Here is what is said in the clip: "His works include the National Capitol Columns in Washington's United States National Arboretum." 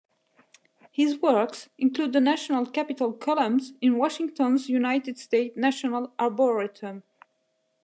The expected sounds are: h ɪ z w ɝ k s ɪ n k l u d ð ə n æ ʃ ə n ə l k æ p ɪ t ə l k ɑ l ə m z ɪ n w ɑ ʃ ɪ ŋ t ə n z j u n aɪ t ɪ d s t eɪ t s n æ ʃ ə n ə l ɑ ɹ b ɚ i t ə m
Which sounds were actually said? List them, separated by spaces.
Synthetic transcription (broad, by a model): h ɪ z w ɝ k s ɪ n k l u d ð ə n æ ʃ ə n ə l k æ p ɪ t ə l k ɑ l ə m z ɪ n w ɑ ʃ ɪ ŋ t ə n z j u n aɪ t ɪ d s t eɪ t n æ ʃ ə n ə l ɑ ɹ b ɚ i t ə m